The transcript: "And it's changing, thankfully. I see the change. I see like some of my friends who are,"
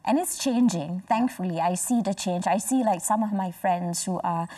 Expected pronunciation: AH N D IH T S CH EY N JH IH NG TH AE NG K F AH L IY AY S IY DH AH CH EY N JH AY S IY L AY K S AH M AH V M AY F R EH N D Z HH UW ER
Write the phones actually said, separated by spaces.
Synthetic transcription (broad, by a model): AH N IH T S CH EY N JH IH NG TH AE NG K F AH L IY AY S IY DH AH CH EY N JH AY S IY L AY K S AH M AH V M AY F R EH N D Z HH UW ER